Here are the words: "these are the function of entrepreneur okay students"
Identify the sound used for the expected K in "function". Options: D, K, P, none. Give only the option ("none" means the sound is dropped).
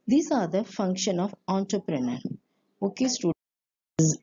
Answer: K